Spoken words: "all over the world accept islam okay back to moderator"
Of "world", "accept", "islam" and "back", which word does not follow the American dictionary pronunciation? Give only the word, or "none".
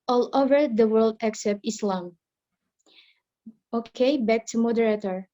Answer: none